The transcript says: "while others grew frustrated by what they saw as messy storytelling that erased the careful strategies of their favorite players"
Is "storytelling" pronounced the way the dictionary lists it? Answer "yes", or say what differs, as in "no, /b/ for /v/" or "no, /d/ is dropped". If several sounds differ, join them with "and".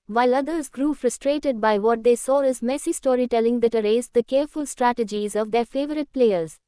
yes